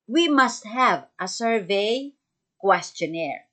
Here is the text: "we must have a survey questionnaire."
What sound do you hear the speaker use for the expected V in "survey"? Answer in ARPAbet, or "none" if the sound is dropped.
V